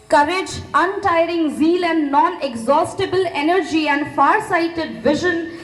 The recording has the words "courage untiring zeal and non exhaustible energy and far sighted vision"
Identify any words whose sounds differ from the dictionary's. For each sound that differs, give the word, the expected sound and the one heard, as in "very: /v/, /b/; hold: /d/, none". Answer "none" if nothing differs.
none